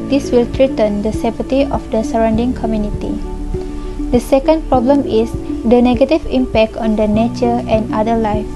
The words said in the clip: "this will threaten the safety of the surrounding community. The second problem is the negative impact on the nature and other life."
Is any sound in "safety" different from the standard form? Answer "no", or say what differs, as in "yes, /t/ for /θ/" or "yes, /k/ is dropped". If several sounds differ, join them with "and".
yes, /p/ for /f/